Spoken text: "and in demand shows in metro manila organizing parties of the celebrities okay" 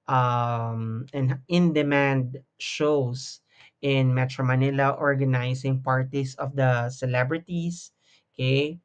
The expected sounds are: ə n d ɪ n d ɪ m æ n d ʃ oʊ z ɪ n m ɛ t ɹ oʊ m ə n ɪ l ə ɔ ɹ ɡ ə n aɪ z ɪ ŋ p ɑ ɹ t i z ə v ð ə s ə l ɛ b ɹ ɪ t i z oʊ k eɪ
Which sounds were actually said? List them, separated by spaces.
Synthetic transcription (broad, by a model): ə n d ɪ n d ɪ m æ n d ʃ oʊ s ɪ n m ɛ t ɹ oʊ m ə n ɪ l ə ɔ ɹ ɡ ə n aɪ s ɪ ŋ p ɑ ɹ t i s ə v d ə s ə l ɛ b ɹ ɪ t i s k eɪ